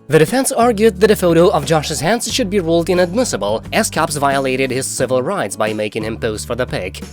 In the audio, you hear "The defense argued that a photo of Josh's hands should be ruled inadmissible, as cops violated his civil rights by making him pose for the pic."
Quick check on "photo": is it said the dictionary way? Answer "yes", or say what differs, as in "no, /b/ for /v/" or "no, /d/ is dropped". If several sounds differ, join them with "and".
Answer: yes